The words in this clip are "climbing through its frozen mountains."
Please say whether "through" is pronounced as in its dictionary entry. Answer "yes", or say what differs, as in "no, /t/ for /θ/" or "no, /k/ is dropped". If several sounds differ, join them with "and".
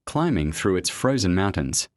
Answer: yes